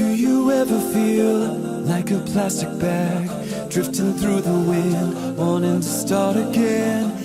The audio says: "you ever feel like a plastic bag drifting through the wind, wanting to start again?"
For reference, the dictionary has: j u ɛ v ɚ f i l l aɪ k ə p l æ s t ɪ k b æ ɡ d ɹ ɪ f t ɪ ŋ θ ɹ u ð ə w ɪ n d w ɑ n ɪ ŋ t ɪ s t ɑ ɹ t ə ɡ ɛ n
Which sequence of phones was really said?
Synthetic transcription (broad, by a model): j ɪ ɛ v ɚ f i l l aɪ k ə p l æ s t ɪ k b æ ɡ d ɹ ɪ f t ɪ ŋ θ ɹ u ð ə w ɪ n d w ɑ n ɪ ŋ t ɪ s t ɑ ɹ t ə ɡ ɛ n